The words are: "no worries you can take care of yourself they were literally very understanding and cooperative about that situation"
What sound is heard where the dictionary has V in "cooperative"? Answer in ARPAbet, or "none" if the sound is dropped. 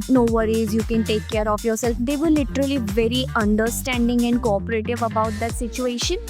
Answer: V